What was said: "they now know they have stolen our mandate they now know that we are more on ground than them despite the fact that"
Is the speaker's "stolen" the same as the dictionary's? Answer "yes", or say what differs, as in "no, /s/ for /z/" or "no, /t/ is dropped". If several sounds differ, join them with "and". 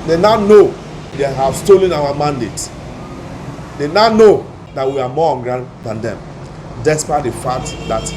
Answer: yes